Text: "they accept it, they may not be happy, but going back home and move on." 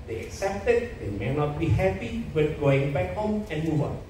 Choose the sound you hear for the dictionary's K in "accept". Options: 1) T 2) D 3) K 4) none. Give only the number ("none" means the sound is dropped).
3